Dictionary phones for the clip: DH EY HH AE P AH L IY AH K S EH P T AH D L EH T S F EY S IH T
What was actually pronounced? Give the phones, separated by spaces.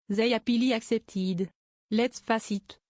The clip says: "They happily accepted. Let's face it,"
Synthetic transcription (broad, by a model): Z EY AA P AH L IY AH K S EH P T AH D L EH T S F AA S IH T